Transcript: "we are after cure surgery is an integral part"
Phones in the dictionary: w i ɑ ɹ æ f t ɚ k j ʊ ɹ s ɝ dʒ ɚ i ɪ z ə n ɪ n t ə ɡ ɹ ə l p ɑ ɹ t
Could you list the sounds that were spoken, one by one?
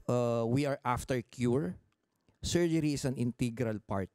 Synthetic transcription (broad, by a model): w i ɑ ɹ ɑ f t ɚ k j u ɹ s ɝ dʒ ɚ i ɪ s ə n ɪ n t ə ɡ ɹ ə l p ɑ ɹ t